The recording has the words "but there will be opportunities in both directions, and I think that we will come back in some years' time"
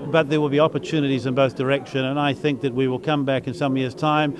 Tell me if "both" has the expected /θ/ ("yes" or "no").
yes